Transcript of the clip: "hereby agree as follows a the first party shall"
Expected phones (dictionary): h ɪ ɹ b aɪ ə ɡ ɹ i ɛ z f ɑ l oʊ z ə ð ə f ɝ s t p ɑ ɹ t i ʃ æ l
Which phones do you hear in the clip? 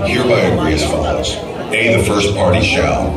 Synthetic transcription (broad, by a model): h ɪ ɹ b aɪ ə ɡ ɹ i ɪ s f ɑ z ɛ ə ð ə f ɝ s p ɑ ɹ t i ʃ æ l